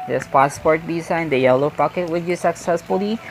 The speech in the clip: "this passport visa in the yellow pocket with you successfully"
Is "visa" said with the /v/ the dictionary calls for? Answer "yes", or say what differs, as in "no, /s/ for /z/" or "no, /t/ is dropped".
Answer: no, /b/ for /v/